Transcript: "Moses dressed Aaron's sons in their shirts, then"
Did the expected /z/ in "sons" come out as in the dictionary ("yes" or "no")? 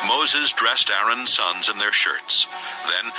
yes